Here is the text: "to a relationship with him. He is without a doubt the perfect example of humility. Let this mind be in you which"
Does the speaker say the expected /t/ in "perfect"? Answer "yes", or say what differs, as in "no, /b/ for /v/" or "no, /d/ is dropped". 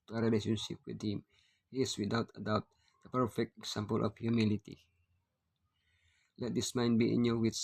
yes